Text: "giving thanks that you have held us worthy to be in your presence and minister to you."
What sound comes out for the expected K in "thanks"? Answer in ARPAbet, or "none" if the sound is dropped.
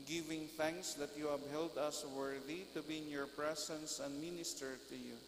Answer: K